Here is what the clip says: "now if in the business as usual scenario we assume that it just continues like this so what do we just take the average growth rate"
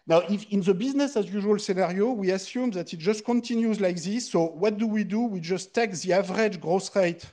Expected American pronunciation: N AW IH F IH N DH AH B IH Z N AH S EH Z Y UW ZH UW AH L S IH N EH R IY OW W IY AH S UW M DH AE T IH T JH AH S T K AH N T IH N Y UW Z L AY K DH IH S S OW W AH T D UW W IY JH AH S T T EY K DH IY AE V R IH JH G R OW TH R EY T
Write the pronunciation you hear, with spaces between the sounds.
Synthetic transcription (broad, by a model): N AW IH F IH N DH AH B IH Z N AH S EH Z Y UW ZH UW AH L S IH N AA R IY OW W IY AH S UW M DH AE T IH T JH AH S T K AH N T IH N Y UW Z L AY K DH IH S S OW W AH T D UW W IY JH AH S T T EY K DH IY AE V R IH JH G R OW S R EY T